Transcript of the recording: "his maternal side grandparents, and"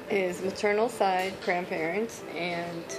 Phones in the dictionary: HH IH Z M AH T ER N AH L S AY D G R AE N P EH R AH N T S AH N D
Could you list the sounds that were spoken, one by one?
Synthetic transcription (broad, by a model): IH Z M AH T ER N L S AY D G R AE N P EH R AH N T AH N